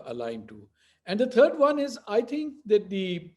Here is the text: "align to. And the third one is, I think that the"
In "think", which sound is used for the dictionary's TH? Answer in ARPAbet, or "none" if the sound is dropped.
T